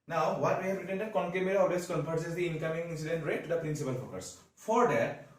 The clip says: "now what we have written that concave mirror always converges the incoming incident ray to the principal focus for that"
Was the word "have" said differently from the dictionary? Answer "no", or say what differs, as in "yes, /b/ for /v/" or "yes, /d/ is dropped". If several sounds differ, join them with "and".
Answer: yes, /p/ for /v/